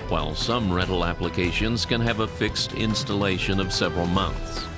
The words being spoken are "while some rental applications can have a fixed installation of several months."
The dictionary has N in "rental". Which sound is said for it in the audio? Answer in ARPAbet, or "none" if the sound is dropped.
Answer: none